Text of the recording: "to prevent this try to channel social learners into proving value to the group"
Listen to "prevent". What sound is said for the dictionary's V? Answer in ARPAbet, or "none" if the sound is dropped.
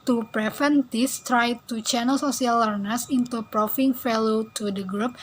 F